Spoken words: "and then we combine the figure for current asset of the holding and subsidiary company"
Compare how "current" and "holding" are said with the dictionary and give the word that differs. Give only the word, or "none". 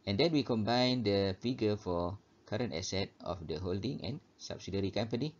none